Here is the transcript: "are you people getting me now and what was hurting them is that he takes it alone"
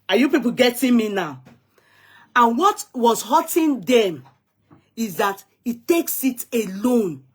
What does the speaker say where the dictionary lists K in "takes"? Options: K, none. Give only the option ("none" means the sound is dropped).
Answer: K